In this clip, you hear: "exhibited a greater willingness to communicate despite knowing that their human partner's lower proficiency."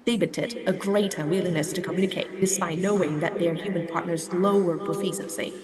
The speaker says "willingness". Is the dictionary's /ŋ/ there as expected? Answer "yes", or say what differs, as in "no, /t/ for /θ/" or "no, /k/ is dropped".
no, /ŋ/ is dropped